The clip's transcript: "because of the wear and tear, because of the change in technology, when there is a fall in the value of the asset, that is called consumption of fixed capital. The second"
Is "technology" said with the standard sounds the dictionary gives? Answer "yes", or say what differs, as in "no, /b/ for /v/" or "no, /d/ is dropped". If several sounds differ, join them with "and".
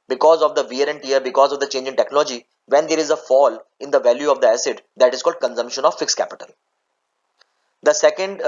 yes